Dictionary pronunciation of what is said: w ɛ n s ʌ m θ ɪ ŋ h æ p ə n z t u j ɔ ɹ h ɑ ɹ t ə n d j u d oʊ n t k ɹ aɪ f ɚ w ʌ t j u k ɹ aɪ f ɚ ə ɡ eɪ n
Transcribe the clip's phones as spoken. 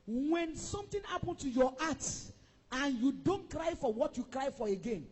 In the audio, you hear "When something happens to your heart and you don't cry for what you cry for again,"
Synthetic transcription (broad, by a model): w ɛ n s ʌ m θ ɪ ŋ h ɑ p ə n t u j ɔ ɑ t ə n j u d oʊ n t k ɹ aɪ f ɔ w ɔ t j u k ɹ aɪ f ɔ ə ɡ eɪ n